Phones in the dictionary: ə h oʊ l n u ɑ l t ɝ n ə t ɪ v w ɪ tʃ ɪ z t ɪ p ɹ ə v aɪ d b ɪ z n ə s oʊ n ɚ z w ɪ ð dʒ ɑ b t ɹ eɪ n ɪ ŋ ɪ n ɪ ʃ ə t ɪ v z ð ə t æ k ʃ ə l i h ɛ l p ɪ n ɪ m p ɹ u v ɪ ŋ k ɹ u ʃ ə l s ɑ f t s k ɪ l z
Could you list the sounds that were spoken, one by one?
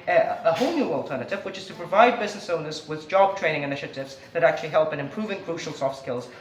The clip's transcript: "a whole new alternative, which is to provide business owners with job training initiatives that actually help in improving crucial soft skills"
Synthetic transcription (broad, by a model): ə h oʊ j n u ɑ l t ɝ n ə t ɪ v w ɪ tʃ ɪ z t ɪ p ɹ ə v aɪ d b ɪ z n ə s oʊ n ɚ z w ɪ ð dʒ ɑ b t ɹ eɪ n ɪ ŋ ɪ n ɪ ʃ ə t ɪ v z ð ə t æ k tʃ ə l i h ɛ l p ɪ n ɪ m p ɹ u v ɪ ŋ k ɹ u ʃ l s ɑ f t s k ɪ l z